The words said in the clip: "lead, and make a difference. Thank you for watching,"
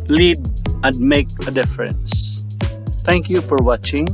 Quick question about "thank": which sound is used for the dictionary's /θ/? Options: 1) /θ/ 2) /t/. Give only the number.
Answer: 2